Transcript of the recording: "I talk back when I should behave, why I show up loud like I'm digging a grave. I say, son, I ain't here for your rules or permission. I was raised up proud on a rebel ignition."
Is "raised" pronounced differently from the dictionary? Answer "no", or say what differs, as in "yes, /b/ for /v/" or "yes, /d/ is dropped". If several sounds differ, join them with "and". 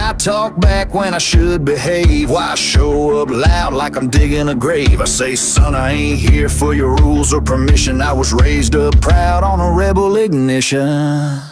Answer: no